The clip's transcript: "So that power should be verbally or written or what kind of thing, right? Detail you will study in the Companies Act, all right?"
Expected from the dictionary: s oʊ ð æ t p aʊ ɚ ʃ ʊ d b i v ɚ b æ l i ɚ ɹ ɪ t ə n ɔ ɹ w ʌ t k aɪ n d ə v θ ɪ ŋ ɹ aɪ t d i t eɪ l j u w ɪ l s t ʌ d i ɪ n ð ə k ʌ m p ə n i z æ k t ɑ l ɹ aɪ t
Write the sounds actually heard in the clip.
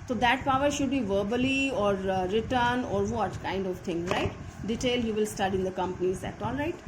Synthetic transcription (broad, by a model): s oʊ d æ t p aʊ ɚ ʃ ʊ d b i v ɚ b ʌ l i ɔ ɹ ɪ t ə n ɔ ɹ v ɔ t k aɪ n d ə v t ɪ ŋ ɹ aɪ t d i t eɪ l j u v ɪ l s t ʌ d i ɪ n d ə k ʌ m p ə n i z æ t ɑ l ɹ aɪ t